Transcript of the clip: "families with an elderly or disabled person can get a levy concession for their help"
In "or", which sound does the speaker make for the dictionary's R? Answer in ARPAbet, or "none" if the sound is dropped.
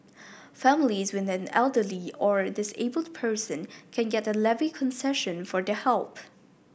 R